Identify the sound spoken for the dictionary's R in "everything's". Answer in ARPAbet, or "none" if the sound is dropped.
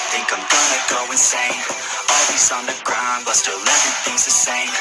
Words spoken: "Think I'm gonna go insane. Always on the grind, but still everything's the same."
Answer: none